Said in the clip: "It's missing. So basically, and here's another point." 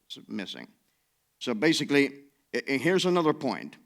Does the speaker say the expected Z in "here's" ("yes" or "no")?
yes